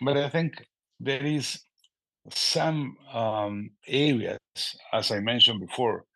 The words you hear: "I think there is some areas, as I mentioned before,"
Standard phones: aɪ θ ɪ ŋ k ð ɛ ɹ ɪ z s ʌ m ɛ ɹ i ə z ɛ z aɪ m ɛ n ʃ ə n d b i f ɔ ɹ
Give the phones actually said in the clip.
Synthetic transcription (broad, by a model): aɪ θ ɪ ŋ k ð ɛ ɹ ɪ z s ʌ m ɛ ɹ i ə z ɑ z aɪ m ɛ n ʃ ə n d b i f ɔ ɹ